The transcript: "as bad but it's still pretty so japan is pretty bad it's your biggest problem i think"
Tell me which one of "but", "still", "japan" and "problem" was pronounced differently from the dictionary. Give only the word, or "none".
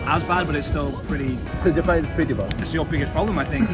japan